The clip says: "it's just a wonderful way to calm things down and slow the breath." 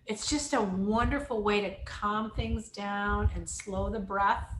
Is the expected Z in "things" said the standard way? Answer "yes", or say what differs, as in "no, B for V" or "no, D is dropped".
yes